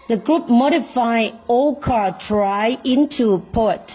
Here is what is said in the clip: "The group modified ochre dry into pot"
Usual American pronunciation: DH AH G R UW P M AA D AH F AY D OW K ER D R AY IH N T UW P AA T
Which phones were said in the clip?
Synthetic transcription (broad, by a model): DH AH G R UW P M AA D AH F AY OW K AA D R AY IH N T UW P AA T